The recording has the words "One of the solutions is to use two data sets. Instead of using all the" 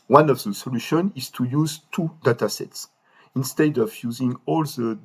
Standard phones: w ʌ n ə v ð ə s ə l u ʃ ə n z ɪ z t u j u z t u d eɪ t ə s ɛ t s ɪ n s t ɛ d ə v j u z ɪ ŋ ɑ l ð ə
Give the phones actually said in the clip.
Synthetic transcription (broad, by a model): w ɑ n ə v ð ə s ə l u ʃ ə n ɪ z t u j u z t u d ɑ t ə s ɛ t s ɪ n s t ɛ d ə v j u z ɪ ŋ ɑ l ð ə